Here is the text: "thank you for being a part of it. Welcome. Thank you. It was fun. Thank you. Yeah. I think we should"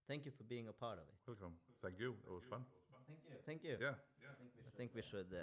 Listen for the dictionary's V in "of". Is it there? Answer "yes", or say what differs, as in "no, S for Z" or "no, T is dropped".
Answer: yes